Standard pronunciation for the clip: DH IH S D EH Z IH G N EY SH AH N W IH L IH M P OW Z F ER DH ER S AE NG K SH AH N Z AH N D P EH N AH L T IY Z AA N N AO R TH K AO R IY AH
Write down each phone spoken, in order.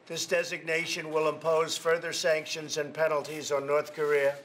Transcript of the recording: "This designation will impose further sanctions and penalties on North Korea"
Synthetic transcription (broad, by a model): DH IH S D EH Z IH G N EY SH AH N W IH L IH M P OW Z F ER DH ER S AE NG K SH AH N Z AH N P EH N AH L T IY Z N N AO R TH K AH R IY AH